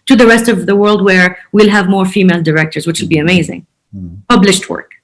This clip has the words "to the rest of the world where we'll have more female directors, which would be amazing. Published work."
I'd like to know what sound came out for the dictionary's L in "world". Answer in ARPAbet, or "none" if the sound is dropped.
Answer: L